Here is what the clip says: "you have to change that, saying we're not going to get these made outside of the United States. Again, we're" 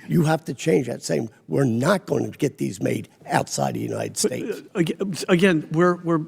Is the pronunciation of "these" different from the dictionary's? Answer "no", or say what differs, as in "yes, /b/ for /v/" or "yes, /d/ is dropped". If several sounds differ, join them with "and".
no